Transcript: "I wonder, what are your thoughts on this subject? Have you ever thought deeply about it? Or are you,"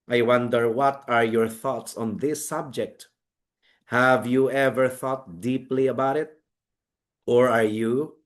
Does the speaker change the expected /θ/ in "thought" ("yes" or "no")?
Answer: no